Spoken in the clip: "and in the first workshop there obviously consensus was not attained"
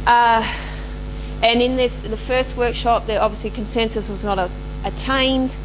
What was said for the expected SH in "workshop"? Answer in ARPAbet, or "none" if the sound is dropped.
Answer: SH